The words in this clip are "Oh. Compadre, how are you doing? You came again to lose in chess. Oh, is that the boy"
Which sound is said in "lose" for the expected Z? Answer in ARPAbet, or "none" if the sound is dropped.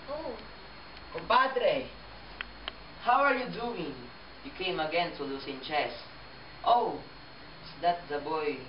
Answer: S